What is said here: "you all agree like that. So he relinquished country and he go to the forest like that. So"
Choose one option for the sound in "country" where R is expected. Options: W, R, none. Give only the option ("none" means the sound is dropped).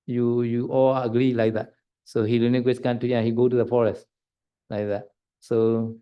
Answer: none